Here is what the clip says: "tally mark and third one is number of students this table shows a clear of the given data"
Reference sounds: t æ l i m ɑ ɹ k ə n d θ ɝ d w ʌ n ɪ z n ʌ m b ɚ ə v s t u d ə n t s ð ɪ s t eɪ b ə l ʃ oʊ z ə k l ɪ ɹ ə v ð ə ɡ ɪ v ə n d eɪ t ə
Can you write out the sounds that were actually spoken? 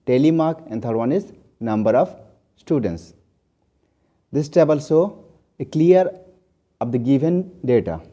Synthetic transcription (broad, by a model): t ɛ l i m ɑ ɹ k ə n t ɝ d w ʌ n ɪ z n ʌ m b ɚ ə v s t u d ə n t s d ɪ s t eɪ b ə l s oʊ ə k l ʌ ɹ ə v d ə ɡ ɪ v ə n d eɪ t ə